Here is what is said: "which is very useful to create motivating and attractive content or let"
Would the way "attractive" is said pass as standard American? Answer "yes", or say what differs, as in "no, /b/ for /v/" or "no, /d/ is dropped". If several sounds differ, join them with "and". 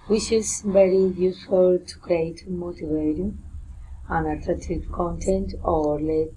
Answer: no, /k/ is dropped